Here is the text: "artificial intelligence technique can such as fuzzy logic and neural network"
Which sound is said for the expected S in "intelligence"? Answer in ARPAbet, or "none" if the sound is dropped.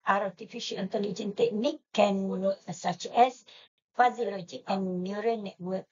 none